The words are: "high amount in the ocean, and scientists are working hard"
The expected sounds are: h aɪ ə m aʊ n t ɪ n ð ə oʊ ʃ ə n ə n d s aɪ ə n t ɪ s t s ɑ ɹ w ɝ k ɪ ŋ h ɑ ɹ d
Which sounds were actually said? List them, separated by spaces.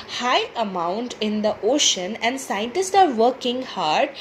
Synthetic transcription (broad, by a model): h aɪ ə m aʊ n t ɪ n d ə oʊ ʃ ə n ə n d s aɪ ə n t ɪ s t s ɑ ɹ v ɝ k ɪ ŋ h ɑ ɹ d